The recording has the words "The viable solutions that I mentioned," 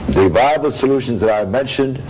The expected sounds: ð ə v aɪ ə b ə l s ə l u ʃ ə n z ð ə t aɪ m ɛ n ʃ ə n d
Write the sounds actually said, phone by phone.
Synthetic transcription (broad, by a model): ð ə v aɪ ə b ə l s ə l u ʃ ə n z ð ə t aɪ m ɛ n ʃ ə n d